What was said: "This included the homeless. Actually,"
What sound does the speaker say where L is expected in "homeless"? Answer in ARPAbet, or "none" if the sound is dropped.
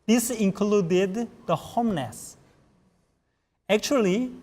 N